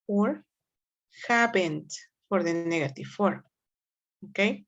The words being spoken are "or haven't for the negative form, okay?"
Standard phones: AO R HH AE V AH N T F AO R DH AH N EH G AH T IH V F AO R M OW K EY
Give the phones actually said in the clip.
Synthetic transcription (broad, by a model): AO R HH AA B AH N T F AO R DH AH N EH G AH T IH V F AO R M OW K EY